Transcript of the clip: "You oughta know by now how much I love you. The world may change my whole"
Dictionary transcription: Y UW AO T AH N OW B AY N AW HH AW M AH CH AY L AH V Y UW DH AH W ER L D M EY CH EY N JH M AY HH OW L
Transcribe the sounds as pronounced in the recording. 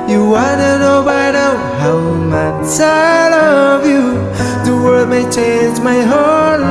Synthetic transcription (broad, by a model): Y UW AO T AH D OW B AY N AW HH AW M AH CH AY L AH V Y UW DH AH W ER D M EY CH EY N JH M AY HH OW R